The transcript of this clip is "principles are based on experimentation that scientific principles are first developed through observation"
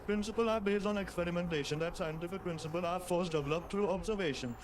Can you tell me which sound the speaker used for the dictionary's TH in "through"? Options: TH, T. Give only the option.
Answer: T